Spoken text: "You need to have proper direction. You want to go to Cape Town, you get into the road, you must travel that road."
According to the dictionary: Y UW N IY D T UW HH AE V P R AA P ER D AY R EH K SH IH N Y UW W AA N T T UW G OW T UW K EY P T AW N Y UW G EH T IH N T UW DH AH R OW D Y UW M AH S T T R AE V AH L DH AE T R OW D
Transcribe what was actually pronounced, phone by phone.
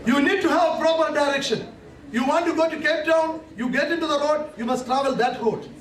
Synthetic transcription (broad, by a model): Y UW N IY D T UW HH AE V P R AA P ER D AY R EH K SH IH N Y UW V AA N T T UW G OW T UW K EY P T AW N Y UW G EH T IH N T UW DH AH R OW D Y UW M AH S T T R AE V AH L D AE T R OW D